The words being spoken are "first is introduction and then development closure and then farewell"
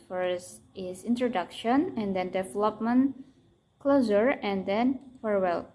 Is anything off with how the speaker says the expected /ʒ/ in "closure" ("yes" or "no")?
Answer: yes